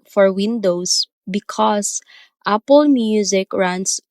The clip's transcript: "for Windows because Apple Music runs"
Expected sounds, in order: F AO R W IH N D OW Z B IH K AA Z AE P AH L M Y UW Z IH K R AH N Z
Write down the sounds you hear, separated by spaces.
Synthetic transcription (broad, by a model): F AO R W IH N D OW S B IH K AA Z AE P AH L M Y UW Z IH K R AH N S